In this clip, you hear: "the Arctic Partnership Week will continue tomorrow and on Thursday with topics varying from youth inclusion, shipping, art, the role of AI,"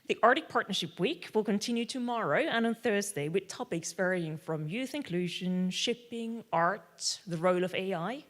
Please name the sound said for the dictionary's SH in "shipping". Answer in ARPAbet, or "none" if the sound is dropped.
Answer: SH